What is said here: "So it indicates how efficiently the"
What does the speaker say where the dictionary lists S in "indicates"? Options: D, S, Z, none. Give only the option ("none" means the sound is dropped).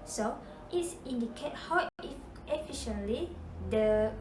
none